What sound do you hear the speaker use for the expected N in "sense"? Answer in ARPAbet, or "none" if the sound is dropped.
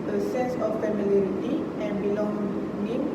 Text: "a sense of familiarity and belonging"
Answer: none